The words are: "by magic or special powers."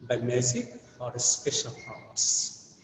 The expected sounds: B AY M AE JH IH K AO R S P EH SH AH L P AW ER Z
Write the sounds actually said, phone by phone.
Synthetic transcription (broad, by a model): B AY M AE Z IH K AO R S P EH SH AH L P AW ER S